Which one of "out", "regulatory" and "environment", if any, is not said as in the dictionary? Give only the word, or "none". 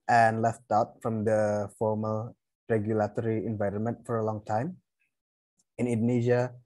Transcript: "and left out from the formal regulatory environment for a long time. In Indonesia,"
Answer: none